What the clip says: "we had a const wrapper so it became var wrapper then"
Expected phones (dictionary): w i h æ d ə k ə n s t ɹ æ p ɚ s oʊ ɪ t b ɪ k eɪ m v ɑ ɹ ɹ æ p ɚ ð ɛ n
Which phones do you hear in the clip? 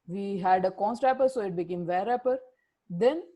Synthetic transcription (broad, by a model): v i h æ d ə k ə n s t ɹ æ p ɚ s oʊ ɪ t b ɪ k eɪ m v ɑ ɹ ɹ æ p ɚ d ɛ n